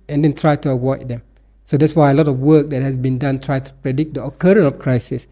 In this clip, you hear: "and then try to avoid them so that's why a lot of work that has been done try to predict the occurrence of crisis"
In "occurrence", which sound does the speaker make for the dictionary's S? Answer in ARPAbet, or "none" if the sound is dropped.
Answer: none